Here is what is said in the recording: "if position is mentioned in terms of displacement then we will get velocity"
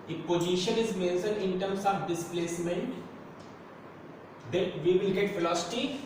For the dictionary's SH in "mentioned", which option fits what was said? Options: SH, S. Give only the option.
S